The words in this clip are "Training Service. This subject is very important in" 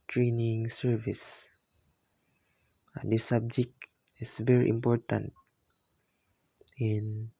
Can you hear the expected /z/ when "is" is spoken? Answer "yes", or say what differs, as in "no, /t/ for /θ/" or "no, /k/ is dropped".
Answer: no, /s/ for /z/